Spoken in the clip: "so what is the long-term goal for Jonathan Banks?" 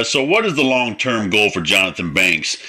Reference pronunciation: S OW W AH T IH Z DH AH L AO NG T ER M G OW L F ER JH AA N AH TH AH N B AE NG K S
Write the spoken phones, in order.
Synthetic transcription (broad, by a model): S OW W AH T IH Z DH AH L AO NG T ER M G OW L F ER JH AA N AH TH AH N B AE NG K S